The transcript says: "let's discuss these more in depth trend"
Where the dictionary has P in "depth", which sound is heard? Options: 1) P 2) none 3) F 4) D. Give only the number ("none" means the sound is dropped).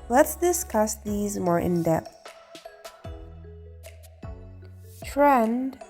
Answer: 1